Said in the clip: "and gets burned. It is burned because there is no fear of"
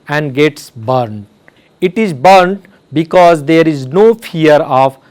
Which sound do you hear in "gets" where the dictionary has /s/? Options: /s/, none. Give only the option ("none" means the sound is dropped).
/s/